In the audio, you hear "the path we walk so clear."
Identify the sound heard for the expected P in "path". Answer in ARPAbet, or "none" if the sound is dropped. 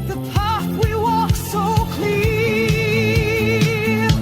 P